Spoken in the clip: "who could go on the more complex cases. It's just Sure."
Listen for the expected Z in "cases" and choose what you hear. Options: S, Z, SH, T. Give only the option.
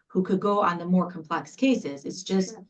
Z